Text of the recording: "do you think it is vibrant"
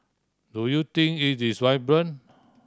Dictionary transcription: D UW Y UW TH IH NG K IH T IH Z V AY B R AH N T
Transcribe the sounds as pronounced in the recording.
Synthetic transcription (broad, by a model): D UW Y UW T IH NG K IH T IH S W AY B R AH N